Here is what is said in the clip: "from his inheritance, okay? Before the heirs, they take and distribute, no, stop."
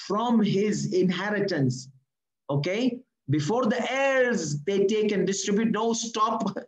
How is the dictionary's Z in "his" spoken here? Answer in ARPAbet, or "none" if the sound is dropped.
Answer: Z